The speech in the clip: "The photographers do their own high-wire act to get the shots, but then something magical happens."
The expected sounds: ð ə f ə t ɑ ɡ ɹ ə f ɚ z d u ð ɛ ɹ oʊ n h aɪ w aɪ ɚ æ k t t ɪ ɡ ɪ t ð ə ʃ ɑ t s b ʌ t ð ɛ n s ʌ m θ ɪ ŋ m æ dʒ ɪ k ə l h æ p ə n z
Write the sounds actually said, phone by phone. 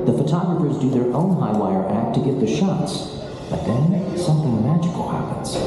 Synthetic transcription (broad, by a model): ð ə f ə t ɑ ɡ ɹ ə f ɚ z d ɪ ð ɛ ɹ oʊ n h aɪ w aɪ ɚ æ k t t ɪ ɡ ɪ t ð ə ʃ ɑ t s b ʌ t ð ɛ n s ʌ m θ ɪ ŋ m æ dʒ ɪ k l h æ p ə n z